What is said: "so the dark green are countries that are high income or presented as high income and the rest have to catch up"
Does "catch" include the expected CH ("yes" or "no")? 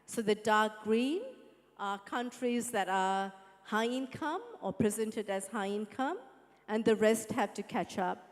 yes